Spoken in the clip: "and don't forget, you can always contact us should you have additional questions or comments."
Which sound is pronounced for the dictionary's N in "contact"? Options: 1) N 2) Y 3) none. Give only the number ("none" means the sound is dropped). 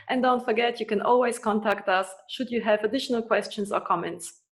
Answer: 1